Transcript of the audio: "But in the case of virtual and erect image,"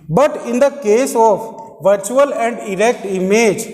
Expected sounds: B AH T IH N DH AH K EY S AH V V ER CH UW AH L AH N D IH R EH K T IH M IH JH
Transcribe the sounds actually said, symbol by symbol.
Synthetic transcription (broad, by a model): B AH T IH N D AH K EY S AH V V ER CH UW AH L AH N D IH R EH K T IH M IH JH